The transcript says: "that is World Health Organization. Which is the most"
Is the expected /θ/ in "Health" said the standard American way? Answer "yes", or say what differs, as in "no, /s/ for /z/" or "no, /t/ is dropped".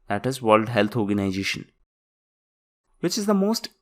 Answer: no, /t/ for /θ/